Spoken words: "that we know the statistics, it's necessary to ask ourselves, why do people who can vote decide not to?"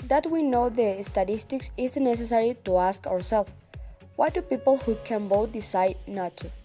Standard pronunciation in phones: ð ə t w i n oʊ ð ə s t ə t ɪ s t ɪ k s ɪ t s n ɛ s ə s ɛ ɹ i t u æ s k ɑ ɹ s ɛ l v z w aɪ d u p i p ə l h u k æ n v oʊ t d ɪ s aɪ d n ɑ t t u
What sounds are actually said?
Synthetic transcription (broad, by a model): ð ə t w i n oʊ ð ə s t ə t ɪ s t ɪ k s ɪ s n ɛ s ə s ɛ ɹ i t u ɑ s k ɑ ɹ s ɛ l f w aɪ d u p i p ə l h u k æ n b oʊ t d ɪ s aɪ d n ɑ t t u